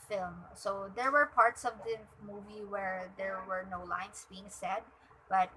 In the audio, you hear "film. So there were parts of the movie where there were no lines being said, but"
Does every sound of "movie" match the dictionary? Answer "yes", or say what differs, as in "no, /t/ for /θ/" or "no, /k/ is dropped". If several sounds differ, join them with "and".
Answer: yes